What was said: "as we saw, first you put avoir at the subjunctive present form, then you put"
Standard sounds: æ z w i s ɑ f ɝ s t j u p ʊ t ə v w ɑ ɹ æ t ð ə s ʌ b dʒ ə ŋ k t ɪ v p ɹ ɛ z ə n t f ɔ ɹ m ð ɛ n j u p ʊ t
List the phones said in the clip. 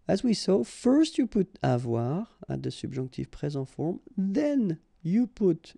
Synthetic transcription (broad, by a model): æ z w i s ɑ f ɝ s t j u p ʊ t ə v w ɑ ɹ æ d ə s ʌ b ʒ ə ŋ k t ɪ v p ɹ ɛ z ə f ɔ ɹ m ð ɛ n j u p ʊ t